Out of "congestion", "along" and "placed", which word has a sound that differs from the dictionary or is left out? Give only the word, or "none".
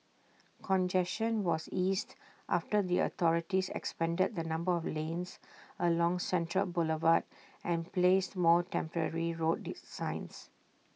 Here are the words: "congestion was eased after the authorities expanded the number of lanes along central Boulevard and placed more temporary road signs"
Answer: congestion